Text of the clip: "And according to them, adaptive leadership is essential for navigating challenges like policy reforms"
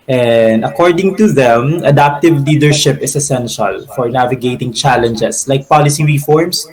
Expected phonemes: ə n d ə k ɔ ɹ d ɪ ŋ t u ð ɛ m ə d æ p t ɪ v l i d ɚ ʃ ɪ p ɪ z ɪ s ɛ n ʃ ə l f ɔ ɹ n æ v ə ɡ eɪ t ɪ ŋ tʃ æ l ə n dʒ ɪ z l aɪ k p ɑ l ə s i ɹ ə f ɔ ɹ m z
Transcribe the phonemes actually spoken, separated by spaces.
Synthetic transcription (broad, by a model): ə n d ə k ɔ ɹ d ɪ ŋ t u ð ɛ m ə d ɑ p t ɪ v l i d ɚ ʃ ɪ p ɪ s ɪ s ɛ n ʃ ə l f ɔ ɹ n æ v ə ɡ eɪ t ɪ ŋ tʃ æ l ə n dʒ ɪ s l aɪ k p ɑ l ə s i ɹ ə f ɔ ɹ m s